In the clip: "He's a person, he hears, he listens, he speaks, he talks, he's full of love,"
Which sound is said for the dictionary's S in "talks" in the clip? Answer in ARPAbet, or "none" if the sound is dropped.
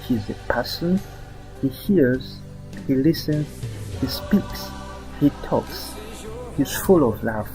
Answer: S